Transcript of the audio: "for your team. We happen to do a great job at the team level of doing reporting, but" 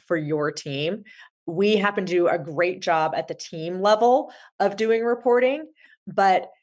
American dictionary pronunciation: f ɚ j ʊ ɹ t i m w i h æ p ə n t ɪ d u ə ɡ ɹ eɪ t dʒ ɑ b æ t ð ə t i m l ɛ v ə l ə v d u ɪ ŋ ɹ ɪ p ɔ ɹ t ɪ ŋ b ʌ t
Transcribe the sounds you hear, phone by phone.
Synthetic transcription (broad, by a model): f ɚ j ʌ ɹ t i m w i h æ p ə n t ɪ ə ɡ ɹ eɪ t dʒ ɑ b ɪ t ð ə t i m l ɛ v l ə v d u ɪ ŋ ɹ ɪ p ɔ ɹ t ɪ ŋ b ʌ t